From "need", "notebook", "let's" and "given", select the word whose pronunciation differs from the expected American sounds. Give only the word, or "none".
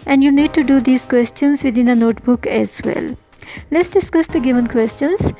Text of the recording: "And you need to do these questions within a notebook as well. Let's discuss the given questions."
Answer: none